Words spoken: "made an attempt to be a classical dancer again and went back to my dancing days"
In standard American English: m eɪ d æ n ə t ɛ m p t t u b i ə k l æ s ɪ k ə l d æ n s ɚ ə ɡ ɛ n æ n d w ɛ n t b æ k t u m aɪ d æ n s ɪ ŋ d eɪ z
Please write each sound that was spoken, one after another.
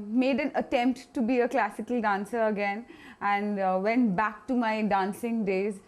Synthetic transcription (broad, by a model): m eɪ d æ n ə t ɛ m p t t u b i ə k l æ s ɪ k ə l d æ n s ɚ ə ɡ ɛ n æ n d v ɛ n t b æ k t u m aɪ d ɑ n s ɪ ŋ d eɪ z